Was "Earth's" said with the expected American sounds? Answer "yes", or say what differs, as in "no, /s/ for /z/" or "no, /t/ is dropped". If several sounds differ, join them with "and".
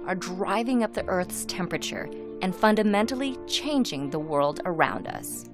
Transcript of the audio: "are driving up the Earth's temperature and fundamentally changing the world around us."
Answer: yes